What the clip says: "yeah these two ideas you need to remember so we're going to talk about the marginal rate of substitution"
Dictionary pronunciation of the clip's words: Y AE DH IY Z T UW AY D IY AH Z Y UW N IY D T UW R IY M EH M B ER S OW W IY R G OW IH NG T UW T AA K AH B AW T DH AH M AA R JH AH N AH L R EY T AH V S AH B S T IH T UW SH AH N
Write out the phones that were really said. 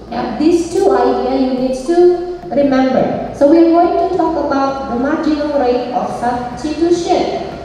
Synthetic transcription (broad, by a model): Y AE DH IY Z T UW AY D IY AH Y UW N IY D T UW R IY M EH M B ER S OW W IY R G OW IH NG T UW T AA K AH B AW T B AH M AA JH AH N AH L R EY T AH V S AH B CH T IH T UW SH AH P